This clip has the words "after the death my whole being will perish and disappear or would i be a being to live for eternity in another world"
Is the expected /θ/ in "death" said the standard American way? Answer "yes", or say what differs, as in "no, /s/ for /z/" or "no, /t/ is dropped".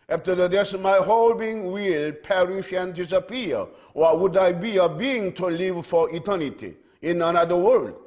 no, /s/ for /θ/